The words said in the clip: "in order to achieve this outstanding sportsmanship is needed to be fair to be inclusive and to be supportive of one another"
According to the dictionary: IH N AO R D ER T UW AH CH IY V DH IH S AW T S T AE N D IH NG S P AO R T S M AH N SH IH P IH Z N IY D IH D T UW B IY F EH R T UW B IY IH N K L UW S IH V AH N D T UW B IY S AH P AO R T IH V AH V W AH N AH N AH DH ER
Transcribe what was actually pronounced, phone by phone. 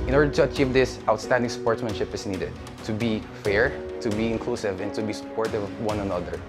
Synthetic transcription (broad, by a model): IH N AO R D ER T UW AH CH IY V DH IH S AW T S T AE N D IH NG S P AO R T S M AH N SH IH P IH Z N IY D IH D T UW B IY F EH R T UW B IY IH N K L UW S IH V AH N T UW B IY S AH P AO R T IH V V W AH N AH N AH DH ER